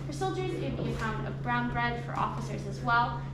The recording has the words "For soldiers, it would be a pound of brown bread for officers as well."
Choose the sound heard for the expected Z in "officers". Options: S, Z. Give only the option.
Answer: Z